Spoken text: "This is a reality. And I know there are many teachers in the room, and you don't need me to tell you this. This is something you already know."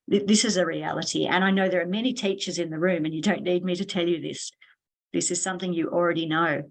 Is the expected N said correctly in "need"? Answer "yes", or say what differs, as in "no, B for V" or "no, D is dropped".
no, L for N